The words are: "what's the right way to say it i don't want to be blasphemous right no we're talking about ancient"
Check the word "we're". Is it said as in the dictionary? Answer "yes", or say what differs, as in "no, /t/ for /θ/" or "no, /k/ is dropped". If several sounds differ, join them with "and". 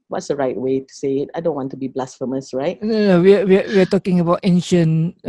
no, /w/ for /ɹ/